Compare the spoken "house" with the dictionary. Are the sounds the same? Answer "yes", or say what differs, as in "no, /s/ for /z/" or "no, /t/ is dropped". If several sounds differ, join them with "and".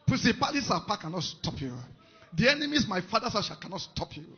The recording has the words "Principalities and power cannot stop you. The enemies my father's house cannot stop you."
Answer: no, /s/ is dropped